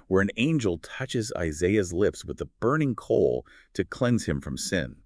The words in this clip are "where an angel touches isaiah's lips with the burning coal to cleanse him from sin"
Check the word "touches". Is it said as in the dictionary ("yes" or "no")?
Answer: yes